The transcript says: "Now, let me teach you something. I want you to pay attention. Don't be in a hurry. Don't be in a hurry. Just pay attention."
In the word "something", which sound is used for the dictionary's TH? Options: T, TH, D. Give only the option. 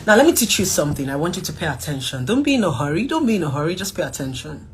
TH